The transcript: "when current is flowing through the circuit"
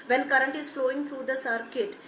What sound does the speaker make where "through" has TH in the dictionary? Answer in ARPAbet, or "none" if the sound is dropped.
T